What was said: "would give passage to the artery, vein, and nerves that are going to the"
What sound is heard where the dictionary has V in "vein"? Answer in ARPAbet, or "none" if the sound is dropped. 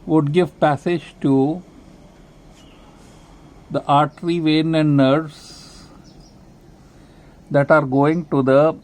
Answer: V